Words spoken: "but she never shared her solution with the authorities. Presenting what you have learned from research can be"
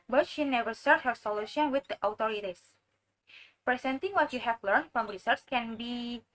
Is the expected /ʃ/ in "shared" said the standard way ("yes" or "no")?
no